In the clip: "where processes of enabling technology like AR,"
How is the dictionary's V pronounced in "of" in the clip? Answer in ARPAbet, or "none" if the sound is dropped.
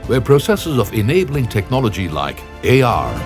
V